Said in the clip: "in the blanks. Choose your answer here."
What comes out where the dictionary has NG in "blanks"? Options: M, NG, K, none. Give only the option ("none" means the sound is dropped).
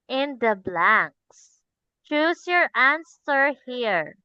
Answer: NG